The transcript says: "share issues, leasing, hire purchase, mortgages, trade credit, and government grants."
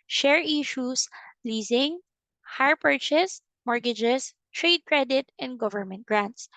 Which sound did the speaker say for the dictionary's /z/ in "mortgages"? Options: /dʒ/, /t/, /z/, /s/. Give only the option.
/s/